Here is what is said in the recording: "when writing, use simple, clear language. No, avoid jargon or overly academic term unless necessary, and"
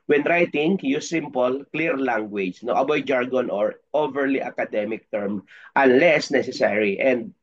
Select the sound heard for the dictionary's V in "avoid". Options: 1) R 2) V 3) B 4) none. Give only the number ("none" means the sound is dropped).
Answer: 3